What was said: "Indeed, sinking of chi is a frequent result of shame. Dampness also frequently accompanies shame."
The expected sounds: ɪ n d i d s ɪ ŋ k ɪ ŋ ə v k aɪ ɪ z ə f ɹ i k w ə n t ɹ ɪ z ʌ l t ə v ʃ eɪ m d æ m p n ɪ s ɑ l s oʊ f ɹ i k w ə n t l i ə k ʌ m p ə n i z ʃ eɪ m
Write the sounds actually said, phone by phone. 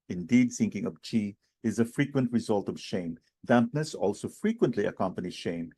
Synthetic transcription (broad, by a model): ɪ n d i d s ɪ ŋ k ɪ ŋ ə v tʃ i ɪ z ə f ɹ i k w ə n t ɹ ɪ z ʌ l t ə v ʃ eɪ m d æ m p n ɪ s ɑ l s oʊ f ɹ i k w ə n t l i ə k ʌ m p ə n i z ʃ eɪ m